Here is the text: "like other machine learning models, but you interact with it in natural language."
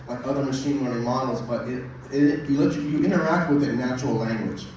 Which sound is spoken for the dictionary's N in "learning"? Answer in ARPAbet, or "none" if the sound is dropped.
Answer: none